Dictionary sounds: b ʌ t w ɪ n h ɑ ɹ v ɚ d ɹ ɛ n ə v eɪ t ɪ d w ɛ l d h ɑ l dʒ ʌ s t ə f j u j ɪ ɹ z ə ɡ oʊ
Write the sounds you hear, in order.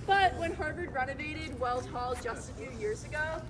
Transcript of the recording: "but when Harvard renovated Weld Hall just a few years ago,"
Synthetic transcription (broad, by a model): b ʌ t w ɪ n h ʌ ɹ b ɚ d ɹ ɛ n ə v eɪ t ɪ d w ɛ l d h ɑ l dʒ ʌ s t ə f j u j ɪ ɹ z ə ɡ oʊ